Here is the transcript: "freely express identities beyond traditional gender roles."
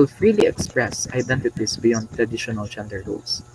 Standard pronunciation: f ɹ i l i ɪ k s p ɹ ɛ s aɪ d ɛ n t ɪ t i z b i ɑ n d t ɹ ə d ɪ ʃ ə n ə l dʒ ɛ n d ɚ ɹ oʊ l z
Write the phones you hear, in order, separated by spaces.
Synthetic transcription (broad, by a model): f ɹ i l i ɪ k s p ɹ ɛ s aɪ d ɛ n t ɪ t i s b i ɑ n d t ɹ ə d ɪ ʃ ə n ə l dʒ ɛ n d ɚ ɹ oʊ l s